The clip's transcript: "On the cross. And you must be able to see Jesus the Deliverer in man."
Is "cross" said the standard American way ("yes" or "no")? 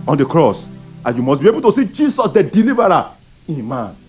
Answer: yes